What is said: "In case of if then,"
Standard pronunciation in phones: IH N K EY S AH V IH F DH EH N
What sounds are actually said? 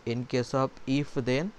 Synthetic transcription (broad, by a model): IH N K EY S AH B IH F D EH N